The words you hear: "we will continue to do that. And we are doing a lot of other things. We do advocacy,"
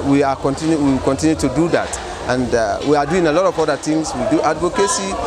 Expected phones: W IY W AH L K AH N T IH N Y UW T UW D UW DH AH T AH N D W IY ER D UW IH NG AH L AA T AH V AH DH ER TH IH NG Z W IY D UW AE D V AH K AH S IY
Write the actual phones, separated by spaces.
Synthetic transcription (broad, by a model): W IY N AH W K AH N T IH N Y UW T UW D UW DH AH T AH N D W IY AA D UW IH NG AH L AA T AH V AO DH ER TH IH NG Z W IY D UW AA D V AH K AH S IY